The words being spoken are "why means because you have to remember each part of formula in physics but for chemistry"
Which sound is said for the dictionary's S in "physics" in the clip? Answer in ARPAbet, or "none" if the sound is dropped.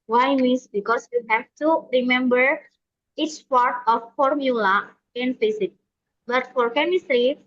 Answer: none